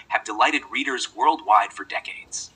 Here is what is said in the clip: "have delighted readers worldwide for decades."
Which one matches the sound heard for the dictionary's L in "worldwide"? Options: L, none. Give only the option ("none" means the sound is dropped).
L